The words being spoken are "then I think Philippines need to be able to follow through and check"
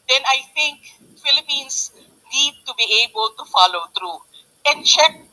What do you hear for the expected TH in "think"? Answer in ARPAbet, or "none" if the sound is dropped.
T